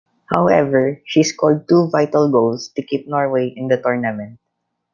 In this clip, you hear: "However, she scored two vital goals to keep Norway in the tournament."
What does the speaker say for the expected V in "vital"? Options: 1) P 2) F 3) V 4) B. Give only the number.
3